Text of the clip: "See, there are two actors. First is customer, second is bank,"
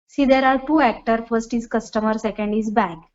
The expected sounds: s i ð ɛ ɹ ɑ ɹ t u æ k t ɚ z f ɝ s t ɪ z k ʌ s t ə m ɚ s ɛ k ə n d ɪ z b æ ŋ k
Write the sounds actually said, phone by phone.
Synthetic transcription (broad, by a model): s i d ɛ ɹ ɑ ɹ t u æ k t ɚ f ɝ s t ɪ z k ʌ s t ə m ɚ s ɛ k ə n d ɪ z b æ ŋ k